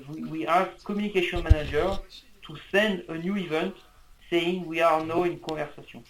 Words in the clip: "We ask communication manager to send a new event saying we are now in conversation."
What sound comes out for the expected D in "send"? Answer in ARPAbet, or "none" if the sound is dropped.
D